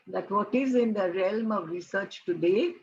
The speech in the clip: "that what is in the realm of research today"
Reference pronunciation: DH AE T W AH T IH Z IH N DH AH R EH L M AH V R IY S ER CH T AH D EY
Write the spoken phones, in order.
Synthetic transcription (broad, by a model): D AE T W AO T IH Z IH N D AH R EH L M AH V R IY S ER CH T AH D EY